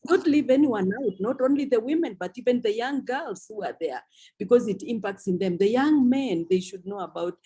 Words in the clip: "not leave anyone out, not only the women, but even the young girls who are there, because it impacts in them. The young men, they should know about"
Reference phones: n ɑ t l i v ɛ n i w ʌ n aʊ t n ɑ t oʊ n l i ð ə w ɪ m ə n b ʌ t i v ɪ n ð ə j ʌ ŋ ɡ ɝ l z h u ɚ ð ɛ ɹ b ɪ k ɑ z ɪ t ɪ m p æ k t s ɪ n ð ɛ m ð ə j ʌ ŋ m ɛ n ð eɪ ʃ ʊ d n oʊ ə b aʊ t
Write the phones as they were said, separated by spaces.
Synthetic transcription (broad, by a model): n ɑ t l i v ɛ n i w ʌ n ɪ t n ɑ t oʊ n l i ð ə w ɪ m ə n b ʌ t i v ɪ n ð ə j ʌ ŋ ɡ ɝ l z h u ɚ ð ɛ ɹ b ɪ k ɑ z ɪ t ɪ m p æ k t s ɪ n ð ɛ m ð ə j ʌ ŋ m ɛ n ð eɪ ʃ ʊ d n oʊ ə b aʊ t